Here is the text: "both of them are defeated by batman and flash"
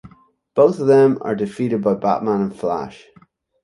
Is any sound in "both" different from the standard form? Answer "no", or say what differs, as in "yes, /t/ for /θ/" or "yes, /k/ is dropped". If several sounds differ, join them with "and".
no